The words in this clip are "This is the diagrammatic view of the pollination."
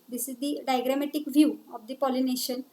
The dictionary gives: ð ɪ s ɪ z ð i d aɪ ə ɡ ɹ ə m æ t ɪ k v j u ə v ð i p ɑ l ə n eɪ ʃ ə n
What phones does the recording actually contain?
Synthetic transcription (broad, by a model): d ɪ s ɪ z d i d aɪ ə ɡ ɹ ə m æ t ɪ k v j u ə v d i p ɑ l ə n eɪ ʃ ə n